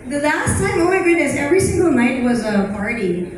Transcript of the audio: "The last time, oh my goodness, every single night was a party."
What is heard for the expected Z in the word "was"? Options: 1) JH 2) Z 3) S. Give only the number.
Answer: 2